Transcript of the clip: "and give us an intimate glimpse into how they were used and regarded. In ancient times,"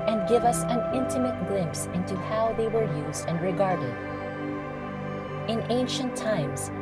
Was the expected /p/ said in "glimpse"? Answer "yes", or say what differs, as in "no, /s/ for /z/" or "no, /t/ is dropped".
yes